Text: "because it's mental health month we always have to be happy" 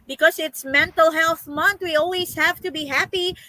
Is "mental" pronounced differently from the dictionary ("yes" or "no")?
no